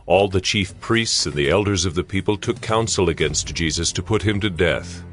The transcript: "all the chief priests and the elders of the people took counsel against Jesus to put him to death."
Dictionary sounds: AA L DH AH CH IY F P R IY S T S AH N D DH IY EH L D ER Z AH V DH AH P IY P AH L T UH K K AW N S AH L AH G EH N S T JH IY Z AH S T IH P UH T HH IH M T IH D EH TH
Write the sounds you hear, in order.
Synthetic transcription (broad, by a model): AA L DH AH CH IY F P R IY S T S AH N DH IY EH L D ER Z AH V DH AH P IY P AH L T UH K K AW N S L AH G EH N S T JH IY Z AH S T IH P UH T HH IH M T IH D EH TH